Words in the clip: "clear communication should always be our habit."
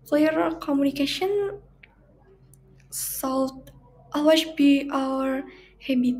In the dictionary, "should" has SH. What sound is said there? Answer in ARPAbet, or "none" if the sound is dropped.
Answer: S